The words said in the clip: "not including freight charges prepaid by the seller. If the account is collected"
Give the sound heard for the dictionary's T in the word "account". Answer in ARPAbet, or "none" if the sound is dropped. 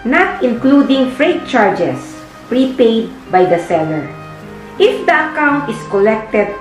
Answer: T